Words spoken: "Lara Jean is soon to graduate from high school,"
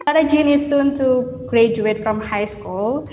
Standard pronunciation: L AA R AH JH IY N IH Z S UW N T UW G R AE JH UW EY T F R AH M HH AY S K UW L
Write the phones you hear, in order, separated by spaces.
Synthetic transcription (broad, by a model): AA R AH JH IY N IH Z S UW N T UW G R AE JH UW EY T F R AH M HH AY S K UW L